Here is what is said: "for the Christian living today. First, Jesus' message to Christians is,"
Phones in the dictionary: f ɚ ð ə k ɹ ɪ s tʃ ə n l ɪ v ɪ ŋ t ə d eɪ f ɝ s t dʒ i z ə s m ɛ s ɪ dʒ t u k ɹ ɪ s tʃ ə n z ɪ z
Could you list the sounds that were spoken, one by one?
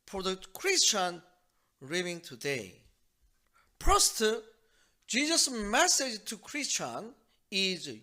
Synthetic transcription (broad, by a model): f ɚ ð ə k ɹ ɪ s tʃ ə n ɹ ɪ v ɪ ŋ t ə d eɪ p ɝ s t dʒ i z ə s m ɛ s ɪ dʒ t u k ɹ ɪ s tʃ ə n ɪ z